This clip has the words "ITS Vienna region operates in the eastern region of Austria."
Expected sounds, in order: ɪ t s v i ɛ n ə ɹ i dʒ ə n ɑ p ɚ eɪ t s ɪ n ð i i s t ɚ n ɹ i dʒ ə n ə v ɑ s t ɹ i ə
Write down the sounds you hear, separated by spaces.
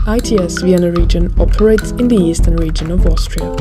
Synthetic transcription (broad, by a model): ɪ t s v i ɛ n ə ɹ i dʒ ə n ɑ p ɚ eɪ t s ɪ n ð i i s t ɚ n ɹ i dʒ ə n ə v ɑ s t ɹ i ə